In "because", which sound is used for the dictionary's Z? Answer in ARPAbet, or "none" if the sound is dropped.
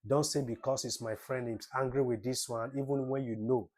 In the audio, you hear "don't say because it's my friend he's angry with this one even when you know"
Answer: S